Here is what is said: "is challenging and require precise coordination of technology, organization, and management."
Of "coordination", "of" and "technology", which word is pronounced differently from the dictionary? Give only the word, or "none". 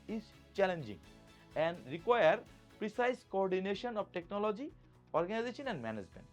of